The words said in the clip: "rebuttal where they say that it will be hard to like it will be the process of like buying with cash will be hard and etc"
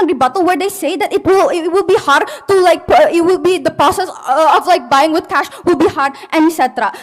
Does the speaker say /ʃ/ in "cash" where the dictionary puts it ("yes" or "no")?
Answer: yes